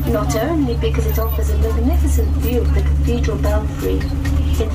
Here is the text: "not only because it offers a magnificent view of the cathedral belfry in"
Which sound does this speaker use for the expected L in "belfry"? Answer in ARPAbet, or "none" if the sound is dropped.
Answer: N